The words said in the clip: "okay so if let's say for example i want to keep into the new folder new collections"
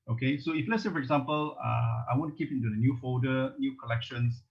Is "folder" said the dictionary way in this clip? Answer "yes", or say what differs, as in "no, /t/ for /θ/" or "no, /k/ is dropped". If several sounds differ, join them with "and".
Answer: no, /l/ is dropped